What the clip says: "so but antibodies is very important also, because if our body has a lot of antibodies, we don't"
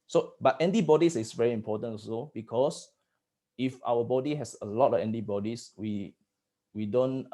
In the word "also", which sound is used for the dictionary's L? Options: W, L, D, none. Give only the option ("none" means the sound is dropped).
none